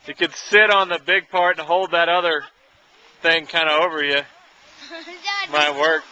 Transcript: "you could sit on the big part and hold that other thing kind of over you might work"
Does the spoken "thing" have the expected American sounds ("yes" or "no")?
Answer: yes